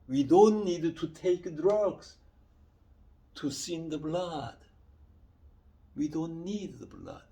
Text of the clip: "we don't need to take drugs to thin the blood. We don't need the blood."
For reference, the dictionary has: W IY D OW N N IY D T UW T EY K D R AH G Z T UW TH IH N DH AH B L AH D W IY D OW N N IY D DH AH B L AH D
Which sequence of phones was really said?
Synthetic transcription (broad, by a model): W IY D OW N N IY D T UW T EY K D R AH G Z T UW S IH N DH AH B L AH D W IY D OW N N IY D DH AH B L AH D